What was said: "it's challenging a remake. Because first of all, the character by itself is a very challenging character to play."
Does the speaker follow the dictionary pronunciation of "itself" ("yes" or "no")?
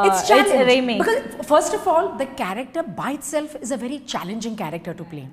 yes